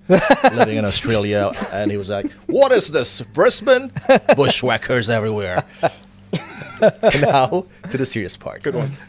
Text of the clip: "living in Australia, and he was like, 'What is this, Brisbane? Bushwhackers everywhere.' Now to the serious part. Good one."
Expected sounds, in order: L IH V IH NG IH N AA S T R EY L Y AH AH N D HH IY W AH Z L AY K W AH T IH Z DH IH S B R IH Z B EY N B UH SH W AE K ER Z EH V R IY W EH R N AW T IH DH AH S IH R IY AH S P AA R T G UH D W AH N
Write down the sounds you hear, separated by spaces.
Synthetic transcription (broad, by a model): L IH V IH NG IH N AA S T R EY L Y AH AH N IY W AH Z L AY K W AH T IH Z DH IH S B R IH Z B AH N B UH SH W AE K ER Z EH V R IY W EH R N AW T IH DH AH S IH R IY AH S P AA R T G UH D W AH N